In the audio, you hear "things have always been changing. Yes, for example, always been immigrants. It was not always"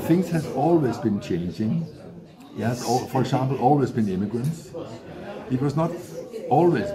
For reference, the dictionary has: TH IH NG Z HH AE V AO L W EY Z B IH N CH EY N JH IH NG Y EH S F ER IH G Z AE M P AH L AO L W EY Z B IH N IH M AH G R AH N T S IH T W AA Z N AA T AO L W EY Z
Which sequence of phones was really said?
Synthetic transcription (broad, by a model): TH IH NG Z HH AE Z AO L W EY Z B IH N CH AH N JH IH NG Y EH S F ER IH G S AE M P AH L AO L W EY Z B IH N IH M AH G R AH N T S IH T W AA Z N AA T AO L W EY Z